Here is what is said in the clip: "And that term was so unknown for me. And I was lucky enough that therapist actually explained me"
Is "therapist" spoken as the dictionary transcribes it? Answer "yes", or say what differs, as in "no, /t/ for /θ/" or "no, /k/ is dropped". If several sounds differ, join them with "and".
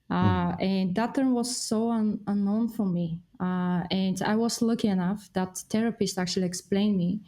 no, /t/ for /θ/